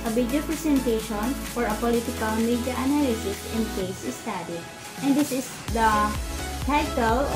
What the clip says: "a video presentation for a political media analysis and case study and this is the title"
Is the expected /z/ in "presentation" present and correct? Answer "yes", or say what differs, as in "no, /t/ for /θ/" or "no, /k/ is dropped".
no, /s/ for /z/